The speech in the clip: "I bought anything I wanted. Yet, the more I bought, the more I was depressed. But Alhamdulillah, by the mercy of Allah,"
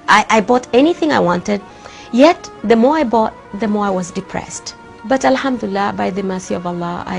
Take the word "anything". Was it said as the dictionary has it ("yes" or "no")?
yes